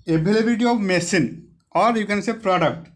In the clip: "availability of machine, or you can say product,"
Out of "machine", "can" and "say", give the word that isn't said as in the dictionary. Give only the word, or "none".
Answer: machine